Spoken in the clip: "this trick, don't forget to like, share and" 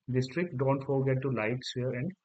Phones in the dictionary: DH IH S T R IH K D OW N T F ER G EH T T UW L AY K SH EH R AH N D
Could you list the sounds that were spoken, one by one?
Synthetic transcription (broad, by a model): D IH S T R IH K D OW N T F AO G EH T T UW L AY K S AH R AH N D